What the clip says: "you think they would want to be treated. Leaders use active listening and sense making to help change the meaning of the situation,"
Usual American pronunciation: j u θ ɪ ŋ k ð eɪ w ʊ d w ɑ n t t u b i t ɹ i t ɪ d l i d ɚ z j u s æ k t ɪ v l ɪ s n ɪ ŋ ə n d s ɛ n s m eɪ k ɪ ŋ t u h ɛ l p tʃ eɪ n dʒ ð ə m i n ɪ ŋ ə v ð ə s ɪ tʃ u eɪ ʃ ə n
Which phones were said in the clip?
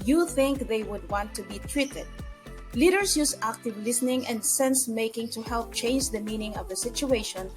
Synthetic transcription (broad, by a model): j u θ ɪ ŋ k ð eɪ w ʊ d w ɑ n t t u b i t ɹ i t ɪ d l i d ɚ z j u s æ k t ɪ v l ɪ s n ɪ ŋ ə n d s ɛ n s m eɪ k ɪ ŋ t u h ɛ l p tʃ eɪ n dʒ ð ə m i n ɪ ŋ ə v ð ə s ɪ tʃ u eɪ ʃ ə n